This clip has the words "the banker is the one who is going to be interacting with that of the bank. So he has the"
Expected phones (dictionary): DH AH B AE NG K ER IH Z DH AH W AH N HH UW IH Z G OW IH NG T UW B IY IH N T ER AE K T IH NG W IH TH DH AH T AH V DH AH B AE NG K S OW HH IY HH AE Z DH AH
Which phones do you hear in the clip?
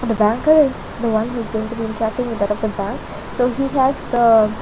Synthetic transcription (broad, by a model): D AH B AE NG K ER IH Z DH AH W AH N HH UW IH Z G OW IH NG T UW B IY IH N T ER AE K T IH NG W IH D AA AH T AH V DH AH B AE NG K S OW HH IY HH AE Z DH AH